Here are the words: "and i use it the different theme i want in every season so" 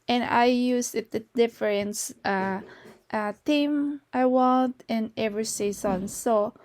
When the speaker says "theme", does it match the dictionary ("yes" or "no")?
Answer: no